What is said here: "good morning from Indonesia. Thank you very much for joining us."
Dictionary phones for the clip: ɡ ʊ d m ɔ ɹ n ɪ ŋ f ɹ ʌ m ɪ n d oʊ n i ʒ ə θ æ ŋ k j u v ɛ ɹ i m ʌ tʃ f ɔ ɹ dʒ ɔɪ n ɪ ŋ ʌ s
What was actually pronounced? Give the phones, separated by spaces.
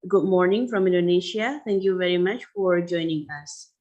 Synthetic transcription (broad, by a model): ɡ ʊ d m ɔ ɹ n ɪ ŋ f ɹ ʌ m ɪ n d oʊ n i ʃ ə t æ ŋ k j u v ɛ ɹ i m ʌ tʃ f ɔ ɹ dʒ ɔɪ n ɪ ŋ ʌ s